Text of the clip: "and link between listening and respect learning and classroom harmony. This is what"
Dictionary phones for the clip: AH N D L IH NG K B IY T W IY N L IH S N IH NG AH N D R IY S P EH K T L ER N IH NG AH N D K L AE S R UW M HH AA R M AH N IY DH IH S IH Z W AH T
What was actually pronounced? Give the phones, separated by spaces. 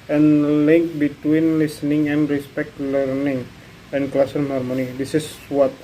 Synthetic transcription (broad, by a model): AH N L IH NG K B IY T W IY N L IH S N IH NG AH N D R IY S P EH K T L ER N IH NG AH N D K L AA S AO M HH AA R M AH N IY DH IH S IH S W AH T